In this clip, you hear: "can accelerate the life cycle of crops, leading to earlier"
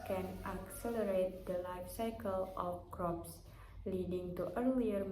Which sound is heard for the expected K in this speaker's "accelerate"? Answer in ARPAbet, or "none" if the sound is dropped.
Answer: K